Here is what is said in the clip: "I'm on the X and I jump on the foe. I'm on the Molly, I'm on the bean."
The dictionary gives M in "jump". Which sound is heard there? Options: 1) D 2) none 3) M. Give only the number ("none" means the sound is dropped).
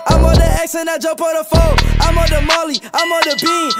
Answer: 2